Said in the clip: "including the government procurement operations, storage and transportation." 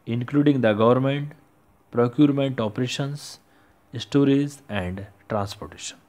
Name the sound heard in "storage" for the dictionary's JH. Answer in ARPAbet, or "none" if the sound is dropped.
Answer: Z